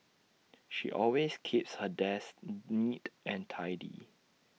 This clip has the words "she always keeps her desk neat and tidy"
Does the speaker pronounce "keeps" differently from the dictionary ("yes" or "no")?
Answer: no